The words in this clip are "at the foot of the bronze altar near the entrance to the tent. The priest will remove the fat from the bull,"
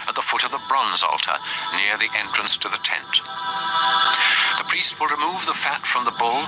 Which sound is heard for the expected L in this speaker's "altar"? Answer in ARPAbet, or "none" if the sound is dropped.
L